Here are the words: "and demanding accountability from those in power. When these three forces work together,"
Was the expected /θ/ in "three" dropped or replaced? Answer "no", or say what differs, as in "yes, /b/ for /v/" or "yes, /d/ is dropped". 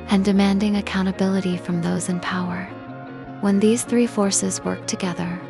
no